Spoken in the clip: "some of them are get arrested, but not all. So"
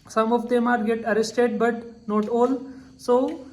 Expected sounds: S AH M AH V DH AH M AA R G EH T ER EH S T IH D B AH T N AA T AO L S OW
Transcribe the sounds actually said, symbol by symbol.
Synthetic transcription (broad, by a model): S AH M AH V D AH M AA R G EH T ER EH S T IH D B AH T N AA T AO L S OW